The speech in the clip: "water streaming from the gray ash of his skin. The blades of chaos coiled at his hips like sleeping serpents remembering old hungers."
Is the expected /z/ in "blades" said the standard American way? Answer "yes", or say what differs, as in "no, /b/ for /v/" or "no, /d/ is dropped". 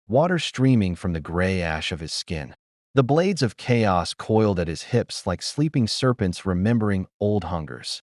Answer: yes